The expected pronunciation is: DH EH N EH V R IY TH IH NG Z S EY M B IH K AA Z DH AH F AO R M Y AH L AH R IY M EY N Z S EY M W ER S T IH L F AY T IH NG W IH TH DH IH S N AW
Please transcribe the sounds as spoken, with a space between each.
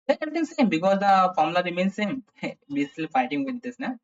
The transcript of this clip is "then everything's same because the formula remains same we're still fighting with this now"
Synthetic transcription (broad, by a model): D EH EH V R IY T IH NG S EY M B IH K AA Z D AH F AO R M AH L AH R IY M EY N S S EY M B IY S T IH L F AY T IH NG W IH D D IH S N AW